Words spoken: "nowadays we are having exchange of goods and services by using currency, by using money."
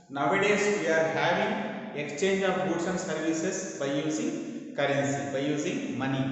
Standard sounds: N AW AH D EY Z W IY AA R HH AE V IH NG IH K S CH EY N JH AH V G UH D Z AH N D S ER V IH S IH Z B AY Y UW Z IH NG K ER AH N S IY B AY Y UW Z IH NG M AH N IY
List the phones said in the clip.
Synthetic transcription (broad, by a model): N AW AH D EY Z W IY AA R HH AE V IH NG IH K S CH EY N JH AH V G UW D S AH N S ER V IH S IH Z B AY Y UW Z IH NG K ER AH N S IY B AY Y UW Z IH NG M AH N IY